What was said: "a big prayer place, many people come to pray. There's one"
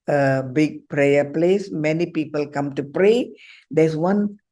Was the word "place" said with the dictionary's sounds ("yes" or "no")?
yes